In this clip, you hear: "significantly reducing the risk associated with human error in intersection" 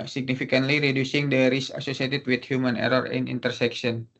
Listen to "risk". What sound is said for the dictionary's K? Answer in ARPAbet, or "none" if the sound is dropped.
none